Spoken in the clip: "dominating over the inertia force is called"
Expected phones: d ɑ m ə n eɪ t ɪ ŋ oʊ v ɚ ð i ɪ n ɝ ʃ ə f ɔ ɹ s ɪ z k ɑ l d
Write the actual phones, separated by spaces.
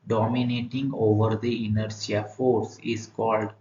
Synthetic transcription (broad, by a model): d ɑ m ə n eɪ t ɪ ŋ oʊ v ɚ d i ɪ n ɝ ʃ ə f ɔ ɹ s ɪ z k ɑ l d